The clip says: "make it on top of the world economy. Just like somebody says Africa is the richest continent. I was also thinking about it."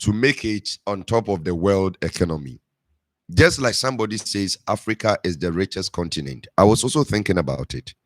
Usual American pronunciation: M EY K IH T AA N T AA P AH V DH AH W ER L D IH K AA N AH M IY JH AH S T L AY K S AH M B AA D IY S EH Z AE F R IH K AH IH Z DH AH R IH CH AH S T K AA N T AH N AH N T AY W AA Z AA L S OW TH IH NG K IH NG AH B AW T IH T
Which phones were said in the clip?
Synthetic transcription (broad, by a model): M EY K IH T AA N T AA P AH V DH AH W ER L D IH K AA N AH M IY JH AH S T L AY K S AH M B AA D IY S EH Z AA F R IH K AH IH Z DH AH R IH CH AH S K AA N T AH N AH N T AY W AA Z AA L S OW TH IH NG K IH NG AH B AW T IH T